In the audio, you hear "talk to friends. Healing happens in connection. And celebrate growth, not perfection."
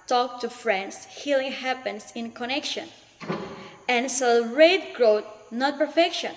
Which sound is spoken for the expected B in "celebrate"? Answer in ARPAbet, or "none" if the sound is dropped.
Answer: none